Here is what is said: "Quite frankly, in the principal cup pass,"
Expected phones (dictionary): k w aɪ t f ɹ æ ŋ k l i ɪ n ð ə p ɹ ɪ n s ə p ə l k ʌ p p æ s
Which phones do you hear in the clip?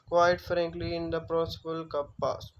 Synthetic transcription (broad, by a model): k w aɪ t f ɹ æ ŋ k l i ɪ n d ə p ɹ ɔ s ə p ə l k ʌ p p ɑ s